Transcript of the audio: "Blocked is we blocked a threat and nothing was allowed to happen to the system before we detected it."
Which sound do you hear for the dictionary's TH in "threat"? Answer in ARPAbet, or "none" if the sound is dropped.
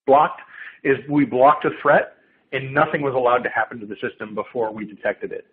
TH